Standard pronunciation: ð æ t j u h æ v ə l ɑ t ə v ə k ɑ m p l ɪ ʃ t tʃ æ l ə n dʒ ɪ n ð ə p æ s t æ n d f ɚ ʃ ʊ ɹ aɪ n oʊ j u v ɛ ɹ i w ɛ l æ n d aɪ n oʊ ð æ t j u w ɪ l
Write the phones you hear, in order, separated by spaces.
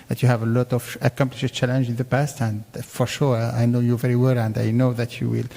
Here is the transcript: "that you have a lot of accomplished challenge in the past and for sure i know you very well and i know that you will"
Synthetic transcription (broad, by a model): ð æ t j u h æ v ə l ɑ t ə v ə k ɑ m p l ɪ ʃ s tʃ æ l ə n dʒ ɪ n ð ə p æ s t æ n d f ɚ ʃ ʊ ɹ aɪ n oʊ j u v ɛ ɹ i w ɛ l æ n d aɪ n oʊ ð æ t j u w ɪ l